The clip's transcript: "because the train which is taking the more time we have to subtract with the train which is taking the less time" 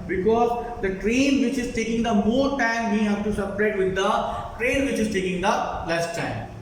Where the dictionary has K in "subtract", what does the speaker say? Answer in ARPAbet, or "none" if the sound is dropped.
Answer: none